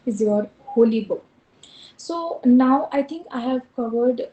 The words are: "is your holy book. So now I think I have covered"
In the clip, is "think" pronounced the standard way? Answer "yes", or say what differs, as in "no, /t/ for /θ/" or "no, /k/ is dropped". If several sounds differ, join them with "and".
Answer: no, /t/ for /θ/